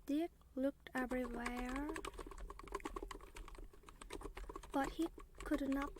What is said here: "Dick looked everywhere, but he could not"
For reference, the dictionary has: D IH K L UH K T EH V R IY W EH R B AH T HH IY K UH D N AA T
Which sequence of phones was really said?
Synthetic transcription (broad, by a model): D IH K L UH K T EH V R IY W EH R B AH T HH IY K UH D N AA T